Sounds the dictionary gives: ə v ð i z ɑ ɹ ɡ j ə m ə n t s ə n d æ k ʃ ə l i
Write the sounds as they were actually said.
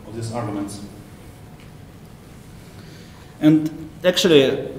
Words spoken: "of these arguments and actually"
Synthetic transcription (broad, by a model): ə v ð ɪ s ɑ ɹ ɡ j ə m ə n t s ə n d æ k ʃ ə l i